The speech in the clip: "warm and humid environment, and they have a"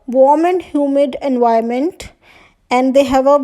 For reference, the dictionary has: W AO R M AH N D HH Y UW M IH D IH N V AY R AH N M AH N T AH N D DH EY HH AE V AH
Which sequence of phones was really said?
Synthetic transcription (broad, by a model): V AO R M AH N D HH Y UW M IH D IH N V AY AH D M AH N T AH N D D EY HH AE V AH